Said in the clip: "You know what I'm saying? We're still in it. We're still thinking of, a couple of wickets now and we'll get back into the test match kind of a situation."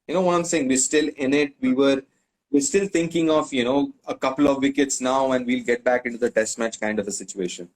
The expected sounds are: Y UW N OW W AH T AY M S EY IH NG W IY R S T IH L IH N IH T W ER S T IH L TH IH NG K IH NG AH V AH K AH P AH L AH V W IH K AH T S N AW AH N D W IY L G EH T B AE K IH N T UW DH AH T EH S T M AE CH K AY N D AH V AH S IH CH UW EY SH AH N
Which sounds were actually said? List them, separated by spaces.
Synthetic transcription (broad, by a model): Y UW N OW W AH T AY M S EY IH NG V IY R S T IH L IH N IH T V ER S T IH L T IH NG K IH NG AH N AH K AH P AH L AH V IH K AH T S N AW AH N D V IY L G EH T B AE K IH N T UW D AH T EH S T M AE CH K AY N D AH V AH S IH CH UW EY SH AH N